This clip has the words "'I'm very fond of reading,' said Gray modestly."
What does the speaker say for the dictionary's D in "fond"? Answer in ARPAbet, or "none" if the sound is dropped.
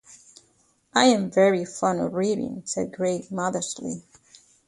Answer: none